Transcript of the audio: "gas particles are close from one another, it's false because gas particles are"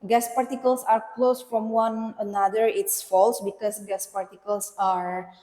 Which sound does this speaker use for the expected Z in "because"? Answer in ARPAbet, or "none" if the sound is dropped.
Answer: S